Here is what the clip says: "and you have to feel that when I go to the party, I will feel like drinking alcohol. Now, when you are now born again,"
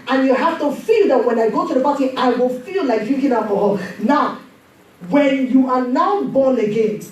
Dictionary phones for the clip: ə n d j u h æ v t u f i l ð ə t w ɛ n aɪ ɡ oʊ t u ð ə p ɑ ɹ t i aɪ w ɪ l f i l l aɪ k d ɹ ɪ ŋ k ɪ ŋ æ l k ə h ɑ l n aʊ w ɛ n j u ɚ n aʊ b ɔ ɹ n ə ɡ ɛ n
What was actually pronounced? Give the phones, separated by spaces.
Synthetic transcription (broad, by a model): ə n j u h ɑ f t u f i l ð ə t w ɛ n aɪ ɡ oʊ t u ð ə b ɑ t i aɪ w ɪ l f i l l aɪ k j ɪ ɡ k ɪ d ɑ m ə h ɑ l n aʊ w ɛ n j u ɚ n aʊ b ɔ n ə ɡ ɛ n